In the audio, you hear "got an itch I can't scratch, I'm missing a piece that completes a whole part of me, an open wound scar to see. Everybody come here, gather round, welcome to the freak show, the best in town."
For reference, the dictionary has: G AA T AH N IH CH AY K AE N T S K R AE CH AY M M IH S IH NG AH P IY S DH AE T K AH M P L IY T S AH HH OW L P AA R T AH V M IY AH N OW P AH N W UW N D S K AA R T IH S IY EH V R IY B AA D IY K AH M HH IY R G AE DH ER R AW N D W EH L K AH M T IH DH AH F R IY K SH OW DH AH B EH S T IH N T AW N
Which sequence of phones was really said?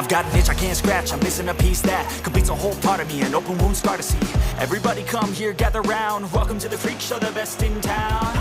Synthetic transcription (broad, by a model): G AA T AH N IH CH AY K AE N T S K R AE CH AY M M IH S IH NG AH P IY S DH AE T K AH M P IY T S AH HH OW L P AA R T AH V M IY AH N OW P AH N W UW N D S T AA R T IH S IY EH V R IY B AA D IY K AH M HH IY R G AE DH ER R AW N D W EH L K AH M T IH DH AH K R IY K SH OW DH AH B EH S T IH N T AW N